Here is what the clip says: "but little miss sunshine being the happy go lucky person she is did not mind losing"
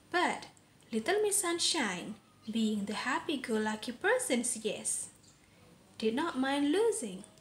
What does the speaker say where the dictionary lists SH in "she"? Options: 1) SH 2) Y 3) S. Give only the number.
3